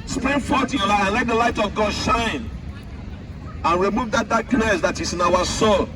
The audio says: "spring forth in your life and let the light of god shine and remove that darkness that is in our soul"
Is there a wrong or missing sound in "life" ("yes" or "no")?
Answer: yes